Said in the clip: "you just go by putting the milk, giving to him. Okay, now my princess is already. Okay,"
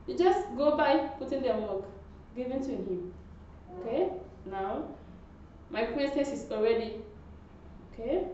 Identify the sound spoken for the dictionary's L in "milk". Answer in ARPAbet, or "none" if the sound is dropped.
none